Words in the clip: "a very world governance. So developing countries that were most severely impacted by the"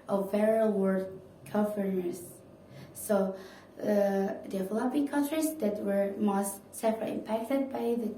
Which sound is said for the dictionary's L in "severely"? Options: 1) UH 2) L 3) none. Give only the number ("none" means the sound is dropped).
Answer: 3